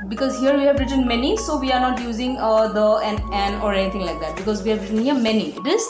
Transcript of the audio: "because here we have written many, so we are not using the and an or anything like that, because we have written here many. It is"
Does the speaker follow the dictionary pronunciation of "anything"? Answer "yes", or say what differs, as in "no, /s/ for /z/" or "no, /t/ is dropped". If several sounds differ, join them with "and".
no, /t/ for /θ/